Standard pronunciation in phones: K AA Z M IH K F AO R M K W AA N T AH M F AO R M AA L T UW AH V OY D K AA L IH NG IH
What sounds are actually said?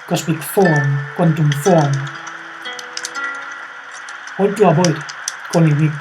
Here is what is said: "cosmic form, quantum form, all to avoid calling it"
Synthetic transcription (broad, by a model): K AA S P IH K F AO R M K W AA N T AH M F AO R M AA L T UW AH B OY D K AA N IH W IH